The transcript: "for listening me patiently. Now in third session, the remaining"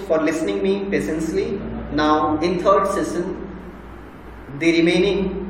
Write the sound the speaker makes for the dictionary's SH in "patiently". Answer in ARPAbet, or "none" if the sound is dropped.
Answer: S